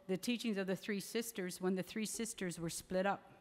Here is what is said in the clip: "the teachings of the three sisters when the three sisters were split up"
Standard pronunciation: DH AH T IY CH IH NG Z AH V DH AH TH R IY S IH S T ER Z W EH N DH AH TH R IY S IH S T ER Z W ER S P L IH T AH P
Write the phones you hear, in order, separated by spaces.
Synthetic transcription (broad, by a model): DH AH T IY CH IH NG Z AH V DH AH TH R IY S IH S T ER Z W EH N DH AH TH R IY S IH S T ER Z W ER S P L IH T AH P